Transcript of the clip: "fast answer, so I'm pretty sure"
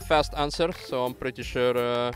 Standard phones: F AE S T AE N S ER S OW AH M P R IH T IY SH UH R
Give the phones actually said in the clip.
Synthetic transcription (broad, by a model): F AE S T AE N S ER S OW AH M P R IH T IY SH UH R